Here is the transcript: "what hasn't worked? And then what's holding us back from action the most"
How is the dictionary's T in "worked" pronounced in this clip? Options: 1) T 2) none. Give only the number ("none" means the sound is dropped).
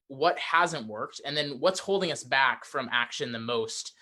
1